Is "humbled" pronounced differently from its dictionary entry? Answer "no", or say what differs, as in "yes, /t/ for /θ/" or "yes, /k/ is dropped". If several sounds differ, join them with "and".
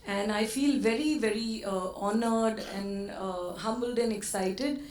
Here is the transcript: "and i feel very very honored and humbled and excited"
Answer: no